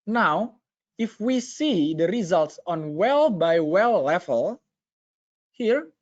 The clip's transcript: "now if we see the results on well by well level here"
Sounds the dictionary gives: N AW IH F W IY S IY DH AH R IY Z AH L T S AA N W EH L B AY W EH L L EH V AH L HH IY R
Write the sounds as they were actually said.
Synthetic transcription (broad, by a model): N AW IH F W IY S IY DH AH R IY Z AH L T S AA N W EH L B AY W EH L L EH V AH L HH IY R